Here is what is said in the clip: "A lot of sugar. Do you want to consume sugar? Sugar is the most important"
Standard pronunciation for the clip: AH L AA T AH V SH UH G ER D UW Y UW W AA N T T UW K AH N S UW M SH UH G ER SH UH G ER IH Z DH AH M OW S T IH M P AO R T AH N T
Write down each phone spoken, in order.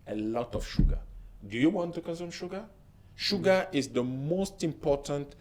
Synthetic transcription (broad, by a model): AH L AA T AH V SH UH G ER D UW Y UW W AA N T T UW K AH S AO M SH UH G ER SH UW G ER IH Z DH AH M OW S T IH M P AO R T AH N T